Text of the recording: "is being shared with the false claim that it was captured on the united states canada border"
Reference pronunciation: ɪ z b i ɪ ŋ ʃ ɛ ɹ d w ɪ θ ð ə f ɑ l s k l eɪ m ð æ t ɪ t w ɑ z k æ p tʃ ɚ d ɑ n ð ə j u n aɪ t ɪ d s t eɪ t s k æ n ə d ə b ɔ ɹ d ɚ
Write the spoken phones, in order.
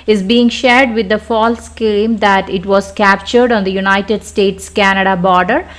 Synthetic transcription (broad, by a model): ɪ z b i ɪ ŋ ʃ ɛ ɹ d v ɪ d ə f ɑ l s k eɪ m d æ t ɪ t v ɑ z k æ p tʃ ɚ d ɑ n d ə j u n aɪ t ɪ d s t eɪ t s k æ n ə d ə b ɔ ɹ d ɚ